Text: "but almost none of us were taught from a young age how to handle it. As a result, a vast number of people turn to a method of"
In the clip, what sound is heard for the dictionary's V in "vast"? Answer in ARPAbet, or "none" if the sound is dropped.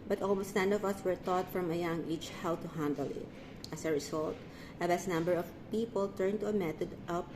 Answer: B